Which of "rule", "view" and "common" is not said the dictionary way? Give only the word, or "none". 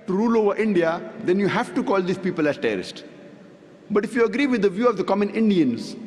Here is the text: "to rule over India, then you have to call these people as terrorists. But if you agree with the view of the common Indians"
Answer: none